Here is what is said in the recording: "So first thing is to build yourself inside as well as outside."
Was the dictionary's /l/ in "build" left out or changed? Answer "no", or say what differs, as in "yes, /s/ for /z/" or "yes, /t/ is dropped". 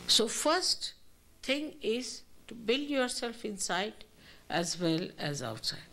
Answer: no